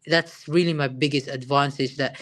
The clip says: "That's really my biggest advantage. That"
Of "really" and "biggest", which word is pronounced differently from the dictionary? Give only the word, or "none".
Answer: none